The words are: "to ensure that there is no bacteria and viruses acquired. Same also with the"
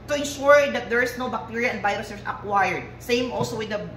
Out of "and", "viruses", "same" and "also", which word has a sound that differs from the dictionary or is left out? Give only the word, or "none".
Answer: viruses